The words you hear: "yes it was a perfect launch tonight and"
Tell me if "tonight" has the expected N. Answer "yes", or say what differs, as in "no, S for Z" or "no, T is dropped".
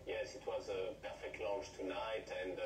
yes